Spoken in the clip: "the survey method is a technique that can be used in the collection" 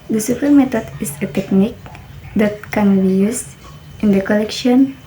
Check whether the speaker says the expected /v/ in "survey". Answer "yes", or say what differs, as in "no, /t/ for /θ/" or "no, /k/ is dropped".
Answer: no, /p/ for /v/